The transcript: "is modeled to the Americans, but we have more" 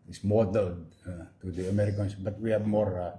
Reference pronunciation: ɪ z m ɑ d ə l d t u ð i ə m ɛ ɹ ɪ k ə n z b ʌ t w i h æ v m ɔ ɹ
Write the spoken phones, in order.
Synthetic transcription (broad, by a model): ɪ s m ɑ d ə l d t u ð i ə m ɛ ɹ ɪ k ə n s b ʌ t w i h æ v m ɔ ɹ